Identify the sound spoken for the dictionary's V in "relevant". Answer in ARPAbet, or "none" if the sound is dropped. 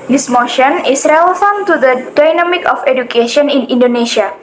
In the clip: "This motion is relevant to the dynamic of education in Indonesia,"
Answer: F